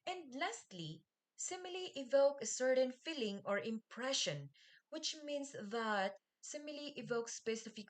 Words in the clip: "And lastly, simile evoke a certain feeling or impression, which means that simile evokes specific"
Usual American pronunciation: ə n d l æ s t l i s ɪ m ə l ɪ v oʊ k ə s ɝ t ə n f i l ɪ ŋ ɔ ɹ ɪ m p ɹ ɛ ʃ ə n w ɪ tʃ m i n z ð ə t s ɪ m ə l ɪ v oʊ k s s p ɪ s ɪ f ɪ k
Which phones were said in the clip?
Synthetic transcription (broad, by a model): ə n d l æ s t l i s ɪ m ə l ɪ v oʊ k ə s ɝ t ə n f i l ɪ ŋ ɔ ɹ ɪ m p ɹ ɛ ʃ ə n w ɪ tʃ m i n s ð ə t s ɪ m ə l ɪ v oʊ k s s p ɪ s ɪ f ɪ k